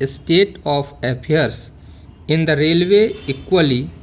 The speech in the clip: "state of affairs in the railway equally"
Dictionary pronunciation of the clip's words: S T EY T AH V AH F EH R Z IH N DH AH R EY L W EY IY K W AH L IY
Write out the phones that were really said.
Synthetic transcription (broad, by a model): S T EY T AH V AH P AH R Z IH N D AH R EY L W EY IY K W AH L IY